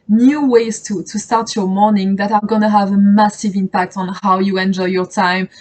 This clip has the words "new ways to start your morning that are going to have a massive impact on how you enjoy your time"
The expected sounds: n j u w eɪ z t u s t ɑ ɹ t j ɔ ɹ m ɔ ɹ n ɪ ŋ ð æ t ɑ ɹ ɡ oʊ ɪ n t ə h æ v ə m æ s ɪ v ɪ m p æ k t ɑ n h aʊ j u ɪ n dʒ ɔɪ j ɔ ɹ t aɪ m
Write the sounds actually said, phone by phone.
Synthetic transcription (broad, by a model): n j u w eɪ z t u s t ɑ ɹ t j ɔ ɹ m ɔ ɹ n ɪ ŋ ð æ t ɑ ɹ ɡ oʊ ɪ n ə h æ v ə m æ s ɪ v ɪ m p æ k t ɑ n h aʊ j u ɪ n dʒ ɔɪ j ɔ ɹ t aɪ m